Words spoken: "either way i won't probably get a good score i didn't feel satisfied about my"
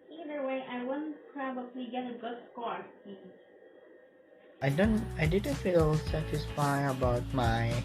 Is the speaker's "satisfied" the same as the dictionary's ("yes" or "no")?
no